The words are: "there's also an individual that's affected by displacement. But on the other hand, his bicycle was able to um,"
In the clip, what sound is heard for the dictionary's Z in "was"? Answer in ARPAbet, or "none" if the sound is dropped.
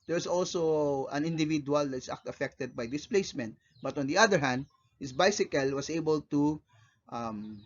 S